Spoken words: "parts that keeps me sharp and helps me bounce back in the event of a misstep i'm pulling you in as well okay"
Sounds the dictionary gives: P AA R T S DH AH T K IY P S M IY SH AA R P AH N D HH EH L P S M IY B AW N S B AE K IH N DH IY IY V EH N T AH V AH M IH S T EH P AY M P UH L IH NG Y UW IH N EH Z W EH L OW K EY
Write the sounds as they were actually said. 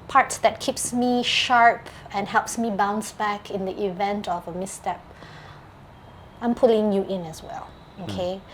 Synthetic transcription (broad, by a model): P AA R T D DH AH T K IY P S M IY SH AA R P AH N HH EH L P S M IY B AW N S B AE K IH N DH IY IY V EH N T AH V AH M IH S T EH P AY M P UH L IH NG Y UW IH N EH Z W EH L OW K EY